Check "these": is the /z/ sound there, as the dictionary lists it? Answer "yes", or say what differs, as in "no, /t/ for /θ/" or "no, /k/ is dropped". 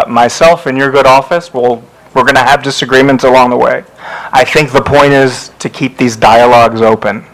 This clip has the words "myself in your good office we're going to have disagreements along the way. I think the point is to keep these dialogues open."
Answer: yes